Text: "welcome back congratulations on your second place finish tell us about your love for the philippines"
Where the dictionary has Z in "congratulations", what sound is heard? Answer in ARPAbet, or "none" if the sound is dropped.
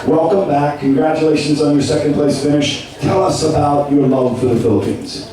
Z